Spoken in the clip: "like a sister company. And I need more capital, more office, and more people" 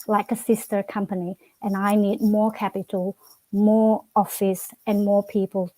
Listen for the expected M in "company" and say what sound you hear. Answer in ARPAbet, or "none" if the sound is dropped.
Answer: M